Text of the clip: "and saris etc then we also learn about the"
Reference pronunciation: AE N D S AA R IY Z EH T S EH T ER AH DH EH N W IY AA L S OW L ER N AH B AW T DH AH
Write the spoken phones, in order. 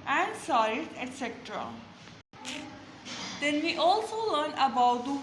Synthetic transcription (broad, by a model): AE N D S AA IY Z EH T S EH T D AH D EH N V IY AA L S OW L ER N AH B AW T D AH